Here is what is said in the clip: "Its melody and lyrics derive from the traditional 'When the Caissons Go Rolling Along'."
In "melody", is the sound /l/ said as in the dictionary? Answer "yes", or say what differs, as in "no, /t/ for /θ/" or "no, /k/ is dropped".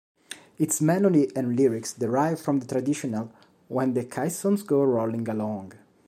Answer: no, /n/ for /l/